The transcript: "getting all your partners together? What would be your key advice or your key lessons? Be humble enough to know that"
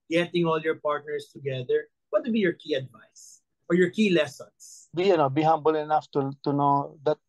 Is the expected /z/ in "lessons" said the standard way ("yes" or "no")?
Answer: no